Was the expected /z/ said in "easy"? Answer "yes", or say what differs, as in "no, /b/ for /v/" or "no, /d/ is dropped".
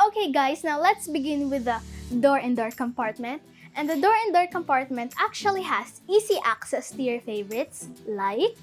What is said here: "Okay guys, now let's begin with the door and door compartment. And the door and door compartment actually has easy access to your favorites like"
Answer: no, /s/ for /z/